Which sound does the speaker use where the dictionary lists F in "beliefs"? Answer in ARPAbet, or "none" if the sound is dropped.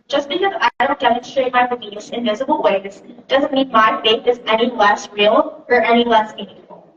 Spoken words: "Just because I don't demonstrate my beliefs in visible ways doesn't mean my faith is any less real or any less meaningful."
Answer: none